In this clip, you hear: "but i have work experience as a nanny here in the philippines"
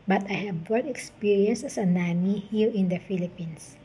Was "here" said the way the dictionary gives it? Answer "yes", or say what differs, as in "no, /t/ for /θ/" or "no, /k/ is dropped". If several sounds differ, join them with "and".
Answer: no, /l/ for /ɹ/